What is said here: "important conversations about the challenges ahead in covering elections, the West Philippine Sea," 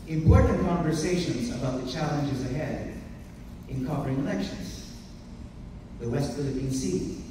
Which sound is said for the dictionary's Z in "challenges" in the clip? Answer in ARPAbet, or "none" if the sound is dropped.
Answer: Z